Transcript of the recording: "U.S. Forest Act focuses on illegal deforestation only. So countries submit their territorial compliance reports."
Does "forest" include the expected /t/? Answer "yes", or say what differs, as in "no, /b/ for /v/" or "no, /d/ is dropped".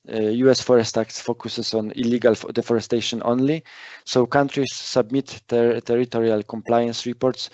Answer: yes